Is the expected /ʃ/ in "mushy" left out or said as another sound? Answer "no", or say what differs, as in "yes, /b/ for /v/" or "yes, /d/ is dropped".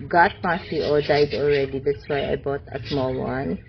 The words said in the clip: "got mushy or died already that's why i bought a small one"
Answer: yes, /s/ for /ʃ/